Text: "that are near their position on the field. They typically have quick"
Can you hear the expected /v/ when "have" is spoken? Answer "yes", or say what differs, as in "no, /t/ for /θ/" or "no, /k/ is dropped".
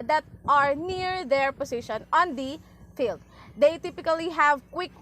yes